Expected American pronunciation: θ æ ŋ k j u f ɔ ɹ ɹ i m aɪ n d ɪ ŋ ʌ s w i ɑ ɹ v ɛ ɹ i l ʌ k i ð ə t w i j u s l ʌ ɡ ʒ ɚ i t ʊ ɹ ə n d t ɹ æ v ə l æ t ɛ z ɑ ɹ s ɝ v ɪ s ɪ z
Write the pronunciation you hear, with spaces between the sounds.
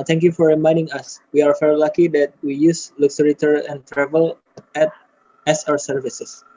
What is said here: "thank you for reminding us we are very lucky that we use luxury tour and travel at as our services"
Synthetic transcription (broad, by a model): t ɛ ŋ k j u f ɔ ɹ ɹ i m aɪ n d ɪ ŋ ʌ s w i ɑ ɹ f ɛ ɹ l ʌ k i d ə t w i j u s l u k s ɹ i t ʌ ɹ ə n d t ɹ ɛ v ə l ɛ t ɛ s ɑ ɹ s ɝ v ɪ s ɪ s